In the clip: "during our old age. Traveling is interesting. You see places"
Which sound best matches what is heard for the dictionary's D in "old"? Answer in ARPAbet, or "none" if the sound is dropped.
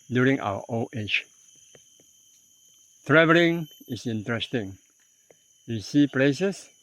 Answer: none